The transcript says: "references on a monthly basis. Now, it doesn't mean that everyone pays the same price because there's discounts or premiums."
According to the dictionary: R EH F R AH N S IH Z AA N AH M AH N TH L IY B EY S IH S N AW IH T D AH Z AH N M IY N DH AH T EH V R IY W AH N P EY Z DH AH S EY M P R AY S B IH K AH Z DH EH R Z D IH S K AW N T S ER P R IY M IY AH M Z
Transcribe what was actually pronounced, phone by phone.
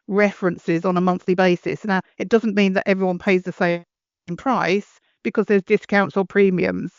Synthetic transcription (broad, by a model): R EH F R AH N S IH Z N AH M AH N TH L IY B EY S IH S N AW IH T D AH Z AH N M IY N DH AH T EH V R IY W AH N P EY Z DH AH S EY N P R AY S B IH K AH Z DH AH R Z D IH S K AW N T S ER P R IY M IY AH M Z